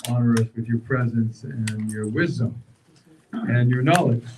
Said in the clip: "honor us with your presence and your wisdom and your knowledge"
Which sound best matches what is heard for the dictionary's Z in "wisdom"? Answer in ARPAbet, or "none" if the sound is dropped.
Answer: Z